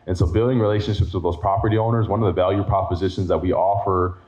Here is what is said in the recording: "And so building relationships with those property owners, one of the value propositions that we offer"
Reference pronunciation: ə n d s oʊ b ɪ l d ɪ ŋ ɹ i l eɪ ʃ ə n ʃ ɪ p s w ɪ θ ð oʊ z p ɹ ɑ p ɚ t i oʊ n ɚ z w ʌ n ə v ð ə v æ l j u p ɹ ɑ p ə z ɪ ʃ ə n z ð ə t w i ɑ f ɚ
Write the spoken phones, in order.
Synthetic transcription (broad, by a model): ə n s oʊ b ɪ l d ɪ ŋ ɹ i l eɪ ʃ ə n ʃ ɪ p s w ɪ ð oʊ z p ɹ ɑ p ɚ t i oʊ n ɚ z w ʌ n ə v ð ə v æ l j u p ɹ ɑ p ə z ɪ ʃ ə n z ð ə t w i ɑ f ɚ